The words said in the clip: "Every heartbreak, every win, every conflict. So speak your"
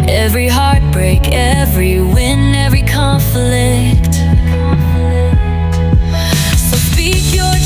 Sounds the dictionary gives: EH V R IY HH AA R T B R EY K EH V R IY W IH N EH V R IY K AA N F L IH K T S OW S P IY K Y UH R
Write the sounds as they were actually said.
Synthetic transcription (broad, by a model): EH V R IY HH AA R T B R EY K EH V R IY W IH N EH V R IY K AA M F L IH K T S OW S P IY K Y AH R